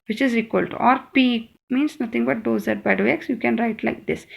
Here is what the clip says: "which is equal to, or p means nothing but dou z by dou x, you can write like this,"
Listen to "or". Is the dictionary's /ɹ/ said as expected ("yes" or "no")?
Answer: yes